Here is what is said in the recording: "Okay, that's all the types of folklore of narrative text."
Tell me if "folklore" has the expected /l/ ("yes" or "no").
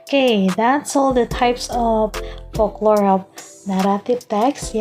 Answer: yes